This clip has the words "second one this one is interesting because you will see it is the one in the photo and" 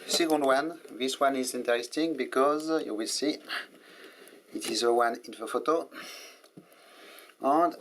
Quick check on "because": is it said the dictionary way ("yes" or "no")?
yes